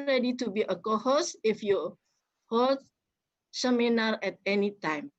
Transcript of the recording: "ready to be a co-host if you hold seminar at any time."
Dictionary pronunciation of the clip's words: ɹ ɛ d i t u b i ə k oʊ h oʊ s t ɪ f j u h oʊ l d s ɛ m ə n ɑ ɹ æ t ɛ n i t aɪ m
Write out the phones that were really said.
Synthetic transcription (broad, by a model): ɹ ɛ d i t u b i ə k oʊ h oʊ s ɪ f j u h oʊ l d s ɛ m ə n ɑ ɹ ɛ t ɛ n i t aɪ m